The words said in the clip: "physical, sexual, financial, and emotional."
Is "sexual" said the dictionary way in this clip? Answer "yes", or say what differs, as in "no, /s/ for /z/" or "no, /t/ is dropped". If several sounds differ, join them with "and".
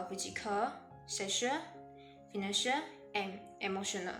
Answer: no, /k/ is dropped